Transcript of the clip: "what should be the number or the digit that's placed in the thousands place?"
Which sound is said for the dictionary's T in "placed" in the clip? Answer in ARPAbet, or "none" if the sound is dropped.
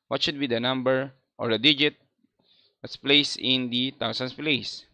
none